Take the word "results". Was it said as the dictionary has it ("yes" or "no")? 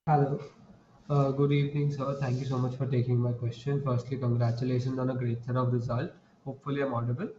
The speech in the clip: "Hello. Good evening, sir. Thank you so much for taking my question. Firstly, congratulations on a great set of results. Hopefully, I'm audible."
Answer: no